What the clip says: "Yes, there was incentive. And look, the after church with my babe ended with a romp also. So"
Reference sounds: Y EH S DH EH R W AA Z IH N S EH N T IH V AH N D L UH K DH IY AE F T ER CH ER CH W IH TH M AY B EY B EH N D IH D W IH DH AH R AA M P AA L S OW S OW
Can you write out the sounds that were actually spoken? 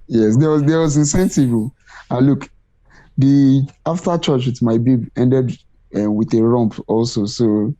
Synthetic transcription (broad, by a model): Y EH S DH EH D W AA Z IH N S EH N T IH V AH L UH K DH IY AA F T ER CH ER CH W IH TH M AY B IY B EH N D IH D W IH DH AH R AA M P AA L S OW S OW